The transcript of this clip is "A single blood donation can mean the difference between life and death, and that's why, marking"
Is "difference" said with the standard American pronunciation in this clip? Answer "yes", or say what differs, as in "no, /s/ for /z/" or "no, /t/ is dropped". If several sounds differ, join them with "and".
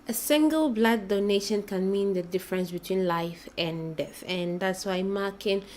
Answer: yes